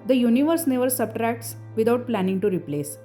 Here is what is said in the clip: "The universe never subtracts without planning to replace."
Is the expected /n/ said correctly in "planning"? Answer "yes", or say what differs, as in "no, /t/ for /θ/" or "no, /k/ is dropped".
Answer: yes